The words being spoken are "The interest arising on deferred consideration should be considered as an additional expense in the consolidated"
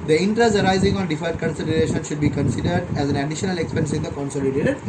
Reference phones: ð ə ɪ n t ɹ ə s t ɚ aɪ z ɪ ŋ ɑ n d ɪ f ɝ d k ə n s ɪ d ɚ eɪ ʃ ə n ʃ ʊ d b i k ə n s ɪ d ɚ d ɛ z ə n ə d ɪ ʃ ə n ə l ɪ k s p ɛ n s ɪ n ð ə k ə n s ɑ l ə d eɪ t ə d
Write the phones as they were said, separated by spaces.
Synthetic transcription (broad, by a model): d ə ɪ n t ɹ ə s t ɚ aɪ z ɪ ŋ ɑ n d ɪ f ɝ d k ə n s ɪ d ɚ eɪ ʃ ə n ʃ ʊ d b i k ə n s ɪ d ɚ d ɛ z ə n ə d ɪ ʃ ə n ə l ɪ k s p ɛ n s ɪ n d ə k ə n s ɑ l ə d eɪ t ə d